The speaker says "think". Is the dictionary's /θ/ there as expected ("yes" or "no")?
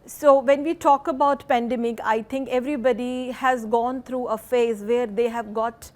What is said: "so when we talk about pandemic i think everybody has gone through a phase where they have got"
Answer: no